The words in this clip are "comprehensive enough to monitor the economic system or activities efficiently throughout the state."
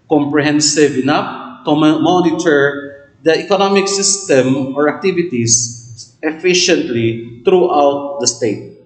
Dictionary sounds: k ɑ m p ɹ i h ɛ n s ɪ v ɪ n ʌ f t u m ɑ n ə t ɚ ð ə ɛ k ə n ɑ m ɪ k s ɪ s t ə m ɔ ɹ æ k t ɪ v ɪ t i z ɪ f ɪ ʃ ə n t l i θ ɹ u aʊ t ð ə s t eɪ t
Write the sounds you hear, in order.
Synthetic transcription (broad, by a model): k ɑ m p ɹ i h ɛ n s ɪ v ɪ n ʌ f t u m ɑ n ə t ɚ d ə ɛ k ə n ɑ m ɪ k s ɪ s t ə m ɔ ɹ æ k t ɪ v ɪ t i s ɪ f ɪ ʃ ə n t l i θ ɹ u aʊ t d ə s t eɪ t